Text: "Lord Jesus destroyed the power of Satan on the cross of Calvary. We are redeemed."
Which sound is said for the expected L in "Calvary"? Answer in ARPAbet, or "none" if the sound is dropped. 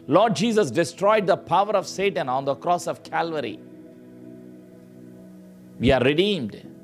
L